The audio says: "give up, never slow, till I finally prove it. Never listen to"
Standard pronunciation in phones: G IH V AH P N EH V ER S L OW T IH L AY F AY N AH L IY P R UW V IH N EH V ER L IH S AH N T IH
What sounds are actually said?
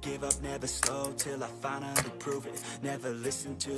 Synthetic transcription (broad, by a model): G IH V AH P N EH V ER S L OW T IH L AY F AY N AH N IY P R UW V IH N EH V ER L IH S AH N T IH